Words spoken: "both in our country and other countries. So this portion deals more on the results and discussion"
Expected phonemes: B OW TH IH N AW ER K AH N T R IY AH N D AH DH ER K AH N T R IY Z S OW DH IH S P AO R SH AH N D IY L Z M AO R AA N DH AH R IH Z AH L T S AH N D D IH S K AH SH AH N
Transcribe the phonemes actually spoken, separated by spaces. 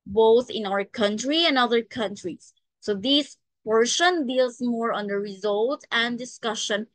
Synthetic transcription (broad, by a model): B OW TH IH N AW ER K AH N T R IY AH N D AH DH ER K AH N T R IY S OW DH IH S P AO R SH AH N D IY L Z M AO R AA N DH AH R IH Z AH L T AH N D D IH S K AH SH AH N